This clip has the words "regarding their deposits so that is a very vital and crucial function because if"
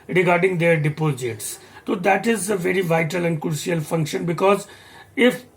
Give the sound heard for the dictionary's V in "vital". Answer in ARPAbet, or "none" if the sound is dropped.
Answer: V